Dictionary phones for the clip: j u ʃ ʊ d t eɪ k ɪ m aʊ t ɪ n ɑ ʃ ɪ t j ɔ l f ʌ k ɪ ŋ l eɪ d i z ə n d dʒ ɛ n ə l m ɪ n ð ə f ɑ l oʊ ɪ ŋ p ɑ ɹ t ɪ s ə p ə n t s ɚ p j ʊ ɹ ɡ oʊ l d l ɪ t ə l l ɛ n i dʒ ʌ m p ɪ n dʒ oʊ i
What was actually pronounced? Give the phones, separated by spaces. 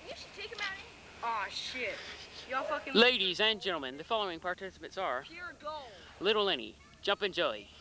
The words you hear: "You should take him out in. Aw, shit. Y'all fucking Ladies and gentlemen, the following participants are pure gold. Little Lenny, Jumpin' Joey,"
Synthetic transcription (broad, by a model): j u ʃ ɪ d t eɪ k ɪ m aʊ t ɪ ɑ ʃ ɪ t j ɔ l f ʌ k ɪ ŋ l eɪ d i z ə n dʒ ɛ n l m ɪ n ð ə f ɑ l oʊ ɪ ŋ p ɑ ɹ t ɪ s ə p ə t s ɚ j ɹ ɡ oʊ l l ɪ t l l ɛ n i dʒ ʌ m p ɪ n dʒ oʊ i